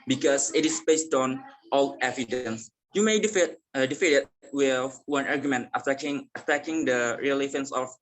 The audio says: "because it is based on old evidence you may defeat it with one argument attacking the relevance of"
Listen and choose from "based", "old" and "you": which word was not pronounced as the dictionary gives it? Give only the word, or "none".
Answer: old